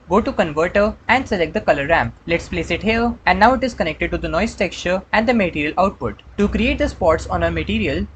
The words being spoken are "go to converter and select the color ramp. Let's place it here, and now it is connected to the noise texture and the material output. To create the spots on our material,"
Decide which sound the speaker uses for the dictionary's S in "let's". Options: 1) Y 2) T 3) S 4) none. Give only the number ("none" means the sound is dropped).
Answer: 3